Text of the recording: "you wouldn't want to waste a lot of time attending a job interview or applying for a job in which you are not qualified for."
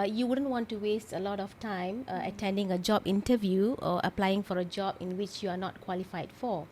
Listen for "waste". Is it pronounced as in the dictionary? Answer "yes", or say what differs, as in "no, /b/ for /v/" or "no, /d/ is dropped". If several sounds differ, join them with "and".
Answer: yes